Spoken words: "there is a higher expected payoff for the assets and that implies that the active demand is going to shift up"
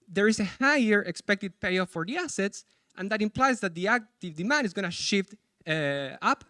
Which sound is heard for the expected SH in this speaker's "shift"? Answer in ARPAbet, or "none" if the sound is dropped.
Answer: SH